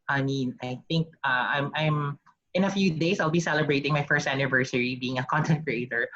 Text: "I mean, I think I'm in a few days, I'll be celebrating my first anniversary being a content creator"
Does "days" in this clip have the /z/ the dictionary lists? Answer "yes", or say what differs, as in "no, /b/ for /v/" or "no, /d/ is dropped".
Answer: no, /s/ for /z/